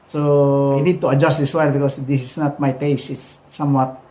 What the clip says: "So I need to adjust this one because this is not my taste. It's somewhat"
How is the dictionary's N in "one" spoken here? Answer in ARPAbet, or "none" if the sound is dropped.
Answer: L